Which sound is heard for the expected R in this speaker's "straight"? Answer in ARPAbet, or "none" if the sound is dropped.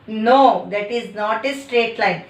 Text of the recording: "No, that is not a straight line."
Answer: R